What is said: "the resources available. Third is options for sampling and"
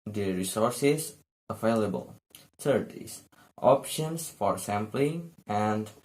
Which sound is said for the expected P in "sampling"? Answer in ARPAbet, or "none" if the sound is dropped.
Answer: P